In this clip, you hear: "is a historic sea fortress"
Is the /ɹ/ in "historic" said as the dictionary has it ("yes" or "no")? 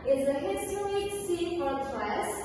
no